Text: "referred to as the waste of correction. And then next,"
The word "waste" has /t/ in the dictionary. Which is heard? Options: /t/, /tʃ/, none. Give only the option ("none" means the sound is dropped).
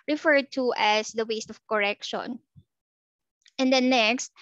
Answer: /t/